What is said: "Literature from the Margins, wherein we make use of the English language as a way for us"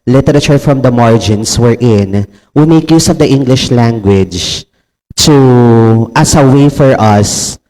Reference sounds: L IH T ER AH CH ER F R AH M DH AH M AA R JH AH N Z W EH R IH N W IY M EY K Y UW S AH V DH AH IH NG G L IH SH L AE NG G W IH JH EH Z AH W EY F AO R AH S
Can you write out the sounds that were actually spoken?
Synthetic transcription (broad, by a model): L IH T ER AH CH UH F R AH M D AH M AA R JH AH N S W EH R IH N W IY M EY K Y UW S AH V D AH IH NG G L IH SH L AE NG G W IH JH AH S AH W EY F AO R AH S